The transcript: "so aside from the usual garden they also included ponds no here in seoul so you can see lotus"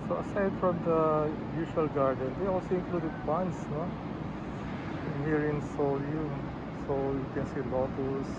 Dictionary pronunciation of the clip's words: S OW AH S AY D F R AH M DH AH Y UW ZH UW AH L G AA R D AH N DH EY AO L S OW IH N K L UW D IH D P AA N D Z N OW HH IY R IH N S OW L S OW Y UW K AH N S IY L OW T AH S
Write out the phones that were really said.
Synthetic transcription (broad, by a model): S OW AH S AY D F R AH M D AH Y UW SH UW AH L G AA R D AH N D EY AO L S OW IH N K L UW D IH D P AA N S N OW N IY R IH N S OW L S OW Y UW K AH N S IY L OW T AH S